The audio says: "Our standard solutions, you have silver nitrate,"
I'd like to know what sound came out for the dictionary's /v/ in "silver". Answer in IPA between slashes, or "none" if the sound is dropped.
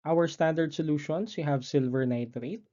/v/